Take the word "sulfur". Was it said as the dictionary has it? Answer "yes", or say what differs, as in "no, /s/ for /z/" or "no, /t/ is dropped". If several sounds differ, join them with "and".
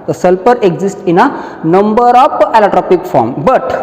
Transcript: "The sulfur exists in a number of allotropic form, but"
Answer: no, /p/ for /f/